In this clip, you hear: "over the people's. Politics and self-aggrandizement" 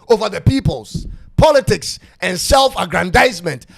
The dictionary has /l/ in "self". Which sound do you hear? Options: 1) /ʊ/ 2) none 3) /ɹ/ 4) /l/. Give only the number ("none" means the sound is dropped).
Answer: 4